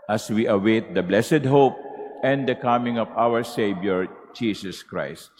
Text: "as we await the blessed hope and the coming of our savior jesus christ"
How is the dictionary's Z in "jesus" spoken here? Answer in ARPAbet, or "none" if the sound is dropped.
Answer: S